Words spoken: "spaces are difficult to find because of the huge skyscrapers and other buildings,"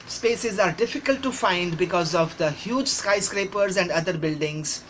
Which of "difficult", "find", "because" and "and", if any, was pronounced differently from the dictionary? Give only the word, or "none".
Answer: none